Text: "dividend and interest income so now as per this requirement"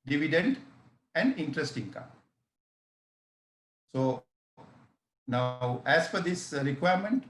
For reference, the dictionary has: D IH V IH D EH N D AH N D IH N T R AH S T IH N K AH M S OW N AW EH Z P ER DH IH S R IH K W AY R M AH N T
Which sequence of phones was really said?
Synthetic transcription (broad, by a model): D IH V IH D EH N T AH N D IH N T R AH S T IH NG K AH S OW N AW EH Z F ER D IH S R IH K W AY R M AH N T